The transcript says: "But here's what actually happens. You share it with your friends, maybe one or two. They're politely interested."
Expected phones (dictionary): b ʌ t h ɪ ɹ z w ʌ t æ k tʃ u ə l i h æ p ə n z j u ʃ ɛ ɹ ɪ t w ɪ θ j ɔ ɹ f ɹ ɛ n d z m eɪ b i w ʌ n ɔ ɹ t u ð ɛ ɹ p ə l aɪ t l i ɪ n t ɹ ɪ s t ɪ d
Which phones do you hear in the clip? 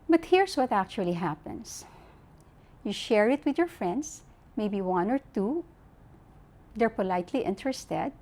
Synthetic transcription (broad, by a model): b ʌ t h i ɹ s w ʌ t æ k tʃ u ə l i h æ p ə n s j u ʃ ɛ ɹ ɪ t w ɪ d j ɔ ɹ f ɹ ɛ n d s m eɪ b i w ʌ n ɔ ɹ t u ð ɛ ɹ p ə l aɪ t l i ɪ n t ɹ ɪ s t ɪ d